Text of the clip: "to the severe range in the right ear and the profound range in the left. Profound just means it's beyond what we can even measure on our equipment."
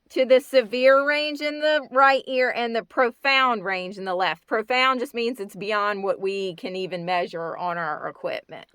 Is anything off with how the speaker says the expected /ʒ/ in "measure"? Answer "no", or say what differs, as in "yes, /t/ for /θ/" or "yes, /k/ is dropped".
no